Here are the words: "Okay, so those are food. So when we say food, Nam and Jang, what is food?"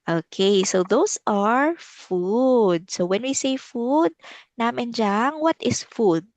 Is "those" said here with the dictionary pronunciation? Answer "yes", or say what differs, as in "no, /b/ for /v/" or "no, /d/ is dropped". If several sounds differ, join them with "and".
no, /s/ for /z/